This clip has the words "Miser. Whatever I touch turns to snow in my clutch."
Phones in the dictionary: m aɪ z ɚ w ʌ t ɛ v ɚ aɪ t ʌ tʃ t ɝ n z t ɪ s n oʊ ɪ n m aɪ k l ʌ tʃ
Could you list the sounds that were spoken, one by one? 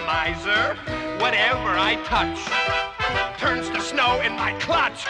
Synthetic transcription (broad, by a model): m aɪ z ɚ w ʌ t ɛ v ɚ aɪ t ʌ tʃ t ɝ n z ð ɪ s n oʊ ɪ n m aɪ k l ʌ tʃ